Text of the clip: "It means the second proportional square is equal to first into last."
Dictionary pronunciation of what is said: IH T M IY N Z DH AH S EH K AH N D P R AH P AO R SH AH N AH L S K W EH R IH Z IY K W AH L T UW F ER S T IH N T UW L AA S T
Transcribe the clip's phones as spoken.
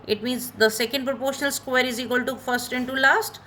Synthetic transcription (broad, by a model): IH T M IY N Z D AH S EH K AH N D P R AH P AO R SH AH N AH L S K W EH R IH Z IY K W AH L T UW F ER S T IH N T UW L AA S T